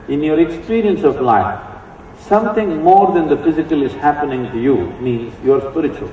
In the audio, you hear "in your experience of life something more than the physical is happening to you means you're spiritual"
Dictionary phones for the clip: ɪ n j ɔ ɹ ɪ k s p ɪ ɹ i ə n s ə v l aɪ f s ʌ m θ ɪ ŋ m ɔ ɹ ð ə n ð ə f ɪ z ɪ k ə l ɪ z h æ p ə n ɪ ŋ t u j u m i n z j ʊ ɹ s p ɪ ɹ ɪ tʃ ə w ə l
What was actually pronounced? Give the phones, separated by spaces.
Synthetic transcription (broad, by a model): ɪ n j ɔ ɹ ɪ k s p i ɹ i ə n s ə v l aɪ f s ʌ m t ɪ ŋ m ɔ ɹ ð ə n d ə f ɪ z ɪ k ə l ɪ z h æ p ə n ɪ ŋ t u j u m i n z j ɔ ɹ s p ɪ ɹ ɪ tʃ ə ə l